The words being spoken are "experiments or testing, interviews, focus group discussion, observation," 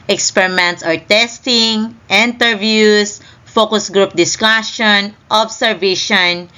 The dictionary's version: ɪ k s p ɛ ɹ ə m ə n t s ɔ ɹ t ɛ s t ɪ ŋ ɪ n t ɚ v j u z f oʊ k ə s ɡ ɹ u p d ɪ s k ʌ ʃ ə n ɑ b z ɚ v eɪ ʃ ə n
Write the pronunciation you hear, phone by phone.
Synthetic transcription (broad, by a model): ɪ k s p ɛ ɹ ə m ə n t s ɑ ɹ t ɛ s t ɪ ŋ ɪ n t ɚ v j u s f oʊ k ə s ɡ ɹ u p d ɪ s k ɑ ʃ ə n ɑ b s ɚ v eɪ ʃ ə n